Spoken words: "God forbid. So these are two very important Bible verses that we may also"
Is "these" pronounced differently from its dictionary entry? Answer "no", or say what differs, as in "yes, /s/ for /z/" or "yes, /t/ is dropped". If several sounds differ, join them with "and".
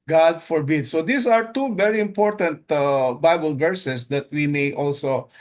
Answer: yes, /s/ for /z/